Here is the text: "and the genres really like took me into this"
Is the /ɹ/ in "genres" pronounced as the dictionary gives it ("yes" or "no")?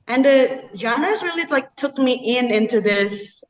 no